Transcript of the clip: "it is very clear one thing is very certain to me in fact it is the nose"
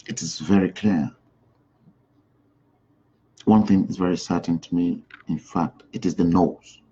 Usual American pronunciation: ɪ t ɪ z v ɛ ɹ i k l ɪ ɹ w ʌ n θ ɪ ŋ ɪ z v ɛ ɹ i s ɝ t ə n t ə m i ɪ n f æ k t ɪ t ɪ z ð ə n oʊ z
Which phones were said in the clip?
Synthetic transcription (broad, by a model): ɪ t ɪ z v ɛ ɹ i k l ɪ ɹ w ʌ n θ ɪ ŋ ɪ z v ɛ ɹ i s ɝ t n t ə m i ɪ n f æ k t ɪ t ɪ z ð ə n oʊ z